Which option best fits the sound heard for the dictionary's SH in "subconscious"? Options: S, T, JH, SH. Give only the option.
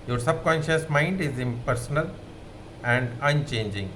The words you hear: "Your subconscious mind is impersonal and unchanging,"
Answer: SH